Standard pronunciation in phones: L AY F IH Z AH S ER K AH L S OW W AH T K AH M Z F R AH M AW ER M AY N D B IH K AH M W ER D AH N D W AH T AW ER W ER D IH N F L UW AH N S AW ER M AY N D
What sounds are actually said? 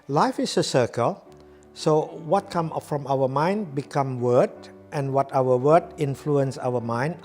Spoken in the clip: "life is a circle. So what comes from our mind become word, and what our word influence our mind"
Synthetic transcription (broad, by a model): L AY F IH S AH S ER K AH L S OW W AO T K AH M F R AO M AW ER M AY N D B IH K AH M W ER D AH N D W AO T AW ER W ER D IH N F L UW AH N S AW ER M AY N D